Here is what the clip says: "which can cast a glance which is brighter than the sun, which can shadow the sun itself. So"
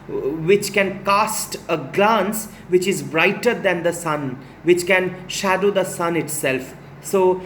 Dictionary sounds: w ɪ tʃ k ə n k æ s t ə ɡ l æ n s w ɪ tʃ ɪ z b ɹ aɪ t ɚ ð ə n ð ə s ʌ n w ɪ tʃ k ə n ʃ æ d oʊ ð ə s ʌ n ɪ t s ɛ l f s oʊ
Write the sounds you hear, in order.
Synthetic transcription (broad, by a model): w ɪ tʃ k ə n k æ s t ə ɡ l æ n s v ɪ tʃ ɪ z b ɹ aɪ t ɚ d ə n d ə s ʌ n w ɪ tʃ k ə n ʃ æ d oʊ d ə s ʌ n ɪ t s ɛ l f s oʊ